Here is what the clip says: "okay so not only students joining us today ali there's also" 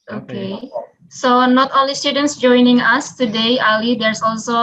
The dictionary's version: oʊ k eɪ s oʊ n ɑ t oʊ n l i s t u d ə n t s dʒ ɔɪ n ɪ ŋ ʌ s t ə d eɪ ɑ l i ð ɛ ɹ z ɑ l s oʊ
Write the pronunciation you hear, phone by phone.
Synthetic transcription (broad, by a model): oʊ k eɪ s oʊ n ɑ t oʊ l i s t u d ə n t s dʒ ɔɪ n ɪ ŋ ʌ s t ə d eɪ ɑ l i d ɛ ɹ s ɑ l s oʊ